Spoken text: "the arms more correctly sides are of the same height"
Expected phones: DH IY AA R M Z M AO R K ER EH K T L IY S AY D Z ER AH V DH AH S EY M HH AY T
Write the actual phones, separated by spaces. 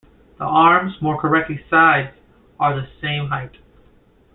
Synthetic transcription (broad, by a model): DH IY AA R M Z M AO R K ER EH K T L IY S AY D Z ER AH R DH AH S EY M HH AY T